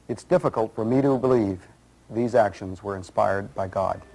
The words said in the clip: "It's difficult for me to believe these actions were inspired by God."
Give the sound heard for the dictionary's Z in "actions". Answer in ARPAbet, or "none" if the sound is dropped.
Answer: Z